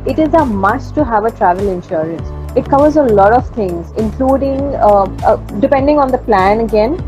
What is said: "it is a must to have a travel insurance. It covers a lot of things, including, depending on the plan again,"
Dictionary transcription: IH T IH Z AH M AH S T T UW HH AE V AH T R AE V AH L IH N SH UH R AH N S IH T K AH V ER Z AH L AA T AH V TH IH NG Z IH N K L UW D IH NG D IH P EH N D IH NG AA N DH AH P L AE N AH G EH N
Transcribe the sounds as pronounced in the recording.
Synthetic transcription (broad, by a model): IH T IH Z AH M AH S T T UW HH AE V AH T R AE V AH L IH N SH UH R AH N S IH T K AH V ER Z AH L AA T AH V T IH NG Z IH N K L UW D IH NG D IH P EH N D IH NG AA N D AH P L AE N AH G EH N